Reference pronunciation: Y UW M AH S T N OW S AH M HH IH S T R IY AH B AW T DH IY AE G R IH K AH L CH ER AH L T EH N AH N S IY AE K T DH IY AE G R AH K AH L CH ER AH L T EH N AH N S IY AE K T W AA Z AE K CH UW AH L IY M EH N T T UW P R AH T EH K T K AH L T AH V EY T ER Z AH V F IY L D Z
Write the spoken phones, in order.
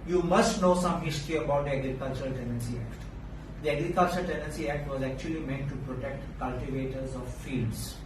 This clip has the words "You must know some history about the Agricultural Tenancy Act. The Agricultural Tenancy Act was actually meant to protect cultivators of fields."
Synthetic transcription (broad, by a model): Y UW M AH S T N OW S AH M HH IH S T R IY AH B AW T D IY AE G R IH K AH L CH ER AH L T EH N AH N S IY AE K T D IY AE G R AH K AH L CH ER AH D T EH N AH N S IY AE K T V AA Z AE K CH UW AH L IY M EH N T T UW P R AH T EH K T K AH L T AH V EY T ER Z AH V F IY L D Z